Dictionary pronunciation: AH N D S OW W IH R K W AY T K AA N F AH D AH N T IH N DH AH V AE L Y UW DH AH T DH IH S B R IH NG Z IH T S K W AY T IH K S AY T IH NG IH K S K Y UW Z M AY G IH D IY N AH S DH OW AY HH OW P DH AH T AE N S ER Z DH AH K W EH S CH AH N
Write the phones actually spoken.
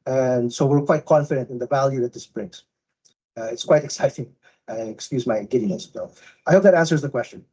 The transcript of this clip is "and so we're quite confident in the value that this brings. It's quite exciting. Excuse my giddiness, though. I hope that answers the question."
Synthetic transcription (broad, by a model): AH N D S OW W IH R K W AY T K AA N F AH D AH N T IH N DH AH V AE L Y UW DH AH T DH IH S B R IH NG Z IH T S K W AY T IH K S AY T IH NG IH K S K Y UW Z M AY G IH D IY N AH S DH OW AY HH OW P DH AH T AE N S ER Z DH AH K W EH S CH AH N